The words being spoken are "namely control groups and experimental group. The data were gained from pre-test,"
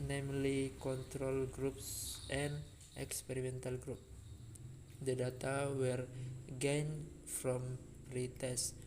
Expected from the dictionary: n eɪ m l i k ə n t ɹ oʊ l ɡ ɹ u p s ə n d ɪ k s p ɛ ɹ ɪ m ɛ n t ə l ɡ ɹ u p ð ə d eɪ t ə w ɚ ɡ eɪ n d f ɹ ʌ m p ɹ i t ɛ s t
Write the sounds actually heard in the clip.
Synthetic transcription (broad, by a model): n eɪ m l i k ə n t ɹ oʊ l ɡ ɹ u p s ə n ɪ k s p ɛ ɹ ɪ m ɛ n t ə l ɡ ɹ u p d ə d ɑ t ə w ɚ ɡ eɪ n f ɹ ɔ m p ɹ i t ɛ s